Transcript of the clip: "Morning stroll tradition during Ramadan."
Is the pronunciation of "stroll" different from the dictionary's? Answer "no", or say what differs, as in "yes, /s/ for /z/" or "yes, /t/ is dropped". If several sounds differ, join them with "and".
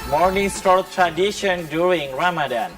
yes, /ɹ/ is dropped